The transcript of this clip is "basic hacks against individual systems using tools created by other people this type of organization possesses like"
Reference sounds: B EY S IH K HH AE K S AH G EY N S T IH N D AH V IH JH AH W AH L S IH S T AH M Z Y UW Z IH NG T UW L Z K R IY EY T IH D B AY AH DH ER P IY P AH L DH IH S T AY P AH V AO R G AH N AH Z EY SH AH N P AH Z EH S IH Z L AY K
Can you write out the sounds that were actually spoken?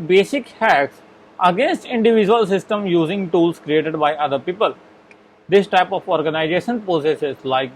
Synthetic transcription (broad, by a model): B EY S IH K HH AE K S AH G EY N S T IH N D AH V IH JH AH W AH L S IH S T AH M Y UW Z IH NG T UW L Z K R IY EY T IH D B AY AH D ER P IY P AH L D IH S T AY P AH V AO R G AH N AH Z EY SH AH N P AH S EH S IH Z L AY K